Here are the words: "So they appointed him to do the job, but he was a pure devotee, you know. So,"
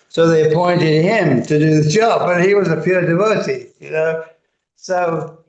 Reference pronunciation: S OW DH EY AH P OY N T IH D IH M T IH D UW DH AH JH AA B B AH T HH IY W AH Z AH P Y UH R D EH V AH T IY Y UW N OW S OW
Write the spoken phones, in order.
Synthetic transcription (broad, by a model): S OW DH EY AH P OY N T IH D IH M T IH D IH DH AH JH AA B B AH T HH IY W AH Z AH P Y UH R D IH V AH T IY Y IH N OW S OW